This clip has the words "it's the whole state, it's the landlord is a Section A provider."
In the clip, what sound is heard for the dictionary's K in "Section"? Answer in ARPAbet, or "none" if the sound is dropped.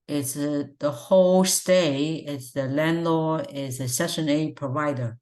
none